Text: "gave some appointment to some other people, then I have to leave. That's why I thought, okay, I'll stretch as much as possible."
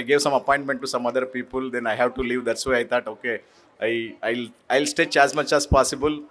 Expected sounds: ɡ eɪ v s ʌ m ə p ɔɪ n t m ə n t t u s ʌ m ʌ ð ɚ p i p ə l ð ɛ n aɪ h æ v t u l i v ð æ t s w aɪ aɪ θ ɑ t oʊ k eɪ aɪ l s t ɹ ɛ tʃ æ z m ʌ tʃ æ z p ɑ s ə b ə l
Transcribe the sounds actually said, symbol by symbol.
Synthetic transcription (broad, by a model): ɡ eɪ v s ʌ m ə p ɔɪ n t m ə n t t u s ʌ m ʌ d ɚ p i p ə l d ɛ n aɪ h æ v t u l i v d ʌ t s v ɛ aɪ t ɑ t oʊ k eɪ aɪ l s t ɛ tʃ æ z m ʌ tʃ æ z p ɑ s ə b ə l